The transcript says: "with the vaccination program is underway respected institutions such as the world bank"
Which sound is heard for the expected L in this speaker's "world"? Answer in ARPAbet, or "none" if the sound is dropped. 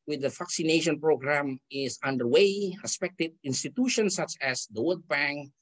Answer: none